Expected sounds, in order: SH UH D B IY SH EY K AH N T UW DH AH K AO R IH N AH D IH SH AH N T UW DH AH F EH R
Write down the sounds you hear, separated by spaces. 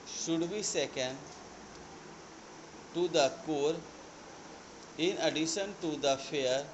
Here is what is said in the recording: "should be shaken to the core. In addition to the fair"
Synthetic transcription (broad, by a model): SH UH D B IY S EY K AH N T UW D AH K AO R IH N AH D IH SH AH N T UW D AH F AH R